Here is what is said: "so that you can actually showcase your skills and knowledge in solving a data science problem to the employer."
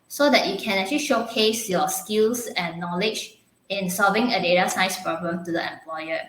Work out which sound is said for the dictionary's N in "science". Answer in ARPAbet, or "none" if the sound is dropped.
none